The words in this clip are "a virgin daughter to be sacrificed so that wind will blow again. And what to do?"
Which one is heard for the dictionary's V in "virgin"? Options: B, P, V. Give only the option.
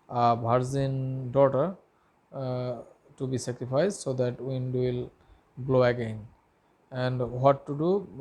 B